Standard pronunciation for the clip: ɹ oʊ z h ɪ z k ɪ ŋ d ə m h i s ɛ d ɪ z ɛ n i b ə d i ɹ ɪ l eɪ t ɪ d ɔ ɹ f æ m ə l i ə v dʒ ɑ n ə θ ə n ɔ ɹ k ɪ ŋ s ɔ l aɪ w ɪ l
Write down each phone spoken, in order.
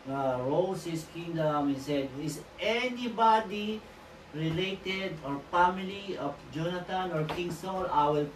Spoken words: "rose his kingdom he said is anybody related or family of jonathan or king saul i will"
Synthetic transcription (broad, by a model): ɹ oʊ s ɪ s k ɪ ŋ d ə m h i s ɛ d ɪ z ɛ n i b ə d i ɹ ɪ l eɪ t ɪ d ɔ ɹ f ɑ m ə l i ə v dʒ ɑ n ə t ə n ɔ ɹ k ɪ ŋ s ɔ n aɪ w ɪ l